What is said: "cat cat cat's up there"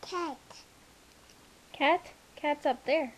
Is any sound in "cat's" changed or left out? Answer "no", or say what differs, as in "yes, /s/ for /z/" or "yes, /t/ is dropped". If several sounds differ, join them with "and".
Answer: no